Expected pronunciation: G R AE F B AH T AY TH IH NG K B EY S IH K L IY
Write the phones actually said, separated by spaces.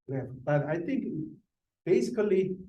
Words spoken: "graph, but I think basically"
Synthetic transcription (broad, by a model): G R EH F B AH T AY T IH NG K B EY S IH K L IY